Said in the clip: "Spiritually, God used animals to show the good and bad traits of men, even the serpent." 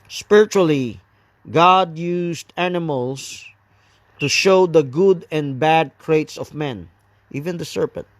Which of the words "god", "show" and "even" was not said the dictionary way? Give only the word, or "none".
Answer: none